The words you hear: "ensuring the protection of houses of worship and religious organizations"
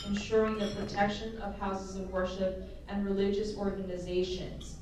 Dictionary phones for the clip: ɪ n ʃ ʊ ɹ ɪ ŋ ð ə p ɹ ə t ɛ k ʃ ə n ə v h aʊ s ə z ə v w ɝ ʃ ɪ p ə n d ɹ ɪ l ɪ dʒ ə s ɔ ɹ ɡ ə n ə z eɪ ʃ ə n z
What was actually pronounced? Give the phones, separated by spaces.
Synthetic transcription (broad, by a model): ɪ n ʃ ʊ ɹ ɪ ŋ ð ə p ɹ ə t ɛ k ʃ ə n ə v h aʊ s ə z ə v w ɝ ʃ ɪ p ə n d ɹ ɪ l ɪ dʒ ə s ɔ ɹ ɡ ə n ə z eɪ ʃ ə n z